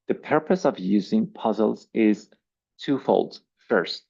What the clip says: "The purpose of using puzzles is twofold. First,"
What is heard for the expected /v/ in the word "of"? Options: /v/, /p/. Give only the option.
/v/